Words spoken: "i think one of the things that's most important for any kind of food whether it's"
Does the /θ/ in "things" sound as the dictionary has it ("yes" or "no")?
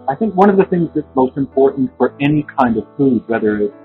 yes